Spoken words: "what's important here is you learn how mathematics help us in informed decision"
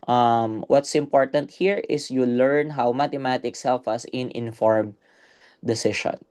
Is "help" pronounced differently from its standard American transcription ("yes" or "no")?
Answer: yes